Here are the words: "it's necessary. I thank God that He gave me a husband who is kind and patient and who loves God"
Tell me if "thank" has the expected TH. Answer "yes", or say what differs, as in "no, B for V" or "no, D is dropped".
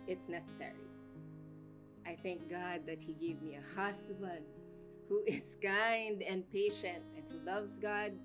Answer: yes